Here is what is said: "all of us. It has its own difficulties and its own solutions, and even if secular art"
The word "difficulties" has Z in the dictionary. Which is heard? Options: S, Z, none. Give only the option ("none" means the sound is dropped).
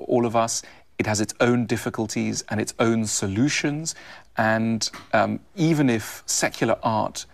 Z